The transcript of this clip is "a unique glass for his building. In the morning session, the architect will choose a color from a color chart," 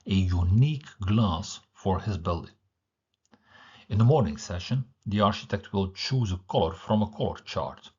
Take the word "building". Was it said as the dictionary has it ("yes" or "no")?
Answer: yes